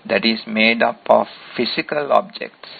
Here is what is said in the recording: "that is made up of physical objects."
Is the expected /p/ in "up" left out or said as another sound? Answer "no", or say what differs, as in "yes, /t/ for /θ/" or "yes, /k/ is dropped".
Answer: no